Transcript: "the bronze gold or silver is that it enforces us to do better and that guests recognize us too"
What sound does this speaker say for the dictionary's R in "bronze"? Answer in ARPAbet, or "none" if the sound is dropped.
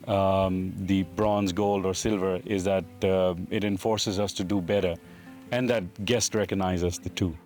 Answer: R